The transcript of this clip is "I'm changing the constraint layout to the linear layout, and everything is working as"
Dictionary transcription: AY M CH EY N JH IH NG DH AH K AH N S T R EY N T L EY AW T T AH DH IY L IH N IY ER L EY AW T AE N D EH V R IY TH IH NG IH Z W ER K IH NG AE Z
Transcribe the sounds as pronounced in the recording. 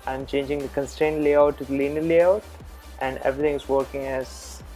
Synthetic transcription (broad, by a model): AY M CH EY N JH IH NG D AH K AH N S T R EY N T L EY AW T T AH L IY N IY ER L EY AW T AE N D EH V R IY T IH NG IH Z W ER K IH NG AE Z